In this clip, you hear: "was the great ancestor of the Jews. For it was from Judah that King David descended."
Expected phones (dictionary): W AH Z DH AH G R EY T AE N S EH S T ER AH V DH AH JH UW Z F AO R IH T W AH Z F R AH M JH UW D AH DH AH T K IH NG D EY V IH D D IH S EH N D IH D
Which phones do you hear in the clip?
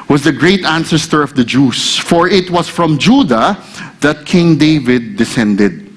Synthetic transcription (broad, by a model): W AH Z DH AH G R EY T AE N S EH S T ER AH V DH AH JH UW S F AO R IH T W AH S F R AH M JH UW D AH DH AH T K IH NG D EY V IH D D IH S EH N D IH D